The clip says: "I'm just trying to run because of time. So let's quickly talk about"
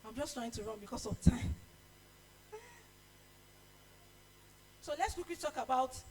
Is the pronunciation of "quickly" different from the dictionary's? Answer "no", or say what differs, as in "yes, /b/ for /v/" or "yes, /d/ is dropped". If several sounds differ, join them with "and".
yes, /w/ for /l/